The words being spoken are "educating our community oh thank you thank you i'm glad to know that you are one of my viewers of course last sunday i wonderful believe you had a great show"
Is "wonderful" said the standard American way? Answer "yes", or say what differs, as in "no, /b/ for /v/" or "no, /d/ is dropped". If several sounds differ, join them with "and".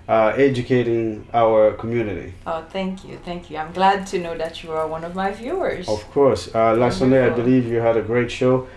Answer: no, /f/ is dropped